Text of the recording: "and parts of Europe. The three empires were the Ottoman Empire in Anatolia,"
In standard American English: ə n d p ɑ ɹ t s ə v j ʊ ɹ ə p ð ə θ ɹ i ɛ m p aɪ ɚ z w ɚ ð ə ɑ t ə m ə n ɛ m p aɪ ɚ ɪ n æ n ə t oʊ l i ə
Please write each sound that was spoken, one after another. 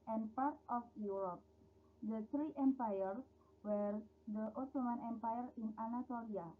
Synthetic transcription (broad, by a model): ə n p ɑ ɹ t ə f j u ɹ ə p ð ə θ ɹ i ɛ m p aɪ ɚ s w ɚ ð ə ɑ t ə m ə n ɛ m p aɪ ɚ ɪ n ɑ n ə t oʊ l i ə